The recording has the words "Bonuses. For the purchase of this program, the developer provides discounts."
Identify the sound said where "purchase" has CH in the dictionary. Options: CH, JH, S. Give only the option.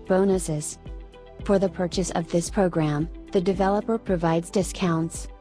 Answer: CH